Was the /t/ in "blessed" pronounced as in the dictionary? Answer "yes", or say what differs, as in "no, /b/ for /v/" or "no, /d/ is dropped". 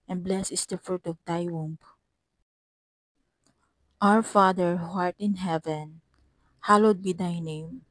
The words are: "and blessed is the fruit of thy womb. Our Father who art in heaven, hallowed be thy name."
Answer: no, /t/ is dropped